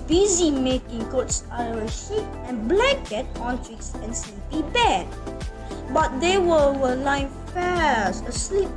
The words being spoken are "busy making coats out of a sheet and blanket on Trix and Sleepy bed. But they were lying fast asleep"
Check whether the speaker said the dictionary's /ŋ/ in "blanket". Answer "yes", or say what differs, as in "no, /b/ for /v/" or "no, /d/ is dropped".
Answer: no, /ŋ/ is dropped